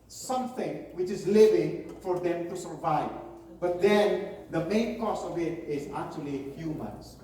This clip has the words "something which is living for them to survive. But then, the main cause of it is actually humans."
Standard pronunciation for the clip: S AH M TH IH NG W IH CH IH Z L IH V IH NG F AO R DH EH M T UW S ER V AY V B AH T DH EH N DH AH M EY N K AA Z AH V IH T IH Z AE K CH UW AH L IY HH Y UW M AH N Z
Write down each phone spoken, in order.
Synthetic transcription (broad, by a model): S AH M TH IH NG W IH CH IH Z L IH V IH NG F AO R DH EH M T UW S ER V AY V B AH T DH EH N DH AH M EY N K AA S AH V IH T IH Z AE K CH UW AH L IY HH Y UW M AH N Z